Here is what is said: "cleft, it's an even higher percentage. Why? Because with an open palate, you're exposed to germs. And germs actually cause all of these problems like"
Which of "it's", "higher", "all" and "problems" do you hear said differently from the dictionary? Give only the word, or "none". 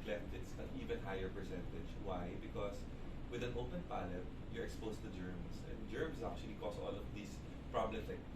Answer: problems